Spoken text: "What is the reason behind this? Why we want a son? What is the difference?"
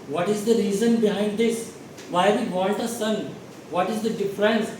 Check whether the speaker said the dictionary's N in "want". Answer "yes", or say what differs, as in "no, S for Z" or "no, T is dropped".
no, L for N